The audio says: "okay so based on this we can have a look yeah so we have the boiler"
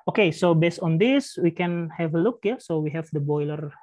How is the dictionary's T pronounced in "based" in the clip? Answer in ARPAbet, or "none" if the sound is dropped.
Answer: T